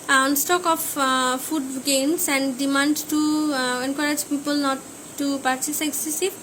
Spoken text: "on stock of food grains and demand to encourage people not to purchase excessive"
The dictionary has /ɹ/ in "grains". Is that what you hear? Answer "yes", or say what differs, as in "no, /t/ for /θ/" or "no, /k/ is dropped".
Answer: no, /ɹ/ is dropped